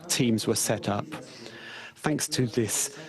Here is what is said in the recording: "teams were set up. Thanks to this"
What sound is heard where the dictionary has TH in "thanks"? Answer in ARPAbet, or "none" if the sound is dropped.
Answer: TH